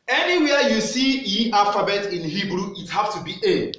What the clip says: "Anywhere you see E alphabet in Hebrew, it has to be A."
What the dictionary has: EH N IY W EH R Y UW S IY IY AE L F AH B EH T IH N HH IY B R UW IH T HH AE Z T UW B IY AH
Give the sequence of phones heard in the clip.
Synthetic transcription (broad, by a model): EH N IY W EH Y UW S IY IY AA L F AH B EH T IH N HH IY B R UW IH T HH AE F T UW B IY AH